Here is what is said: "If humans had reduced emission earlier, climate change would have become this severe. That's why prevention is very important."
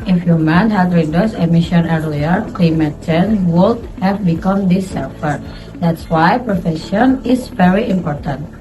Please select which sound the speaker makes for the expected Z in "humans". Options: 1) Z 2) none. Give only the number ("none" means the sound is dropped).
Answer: 2